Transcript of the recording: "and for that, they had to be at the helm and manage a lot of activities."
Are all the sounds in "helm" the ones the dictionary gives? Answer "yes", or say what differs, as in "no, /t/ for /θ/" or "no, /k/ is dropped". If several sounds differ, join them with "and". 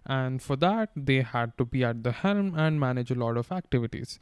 yes